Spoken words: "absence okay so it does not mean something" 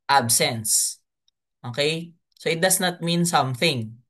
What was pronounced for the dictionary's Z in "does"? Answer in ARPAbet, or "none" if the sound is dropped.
S